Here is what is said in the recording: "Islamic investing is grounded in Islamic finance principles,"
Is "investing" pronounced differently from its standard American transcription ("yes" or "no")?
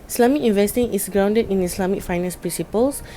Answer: no